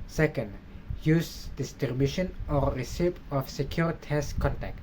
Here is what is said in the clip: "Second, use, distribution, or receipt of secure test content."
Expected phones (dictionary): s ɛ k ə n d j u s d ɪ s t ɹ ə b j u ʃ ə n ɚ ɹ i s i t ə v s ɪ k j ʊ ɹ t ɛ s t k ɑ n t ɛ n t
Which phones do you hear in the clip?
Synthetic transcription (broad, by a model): s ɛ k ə n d j u s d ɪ s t ə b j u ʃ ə n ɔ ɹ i s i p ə f s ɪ k j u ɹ t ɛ s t k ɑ n t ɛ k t